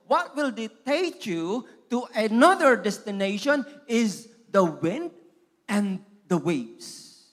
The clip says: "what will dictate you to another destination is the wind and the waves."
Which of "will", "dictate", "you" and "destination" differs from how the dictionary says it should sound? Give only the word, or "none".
dictate